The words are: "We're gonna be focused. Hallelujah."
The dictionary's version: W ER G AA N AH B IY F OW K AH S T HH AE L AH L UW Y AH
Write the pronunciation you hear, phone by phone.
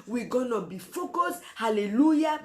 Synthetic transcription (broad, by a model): W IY G AA N AH B IY F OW K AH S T HH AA L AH L UW Y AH